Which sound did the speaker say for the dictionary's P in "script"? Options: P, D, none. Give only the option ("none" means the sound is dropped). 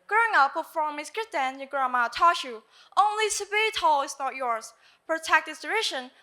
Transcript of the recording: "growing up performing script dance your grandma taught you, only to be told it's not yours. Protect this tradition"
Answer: none